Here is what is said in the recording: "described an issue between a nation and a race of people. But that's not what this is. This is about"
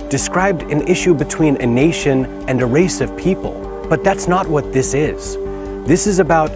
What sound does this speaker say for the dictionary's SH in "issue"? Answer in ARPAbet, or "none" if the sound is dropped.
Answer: SH